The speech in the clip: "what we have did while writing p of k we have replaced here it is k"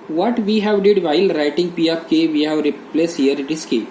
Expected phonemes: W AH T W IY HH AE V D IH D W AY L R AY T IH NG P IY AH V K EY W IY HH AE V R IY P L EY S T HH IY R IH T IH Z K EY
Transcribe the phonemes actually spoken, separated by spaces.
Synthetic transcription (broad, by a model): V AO T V IY HH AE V D IH D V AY L R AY T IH NG P IY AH P K EY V IY HH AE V R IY P L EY S HH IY R IH T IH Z K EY